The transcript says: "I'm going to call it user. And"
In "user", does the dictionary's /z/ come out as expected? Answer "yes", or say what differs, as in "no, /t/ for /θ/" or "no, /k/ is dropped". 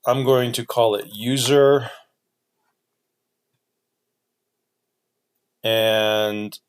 yes